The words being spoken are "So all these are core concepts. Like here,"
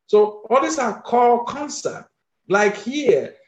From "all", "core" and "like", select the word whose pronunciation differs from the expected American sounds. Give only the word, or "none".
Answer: core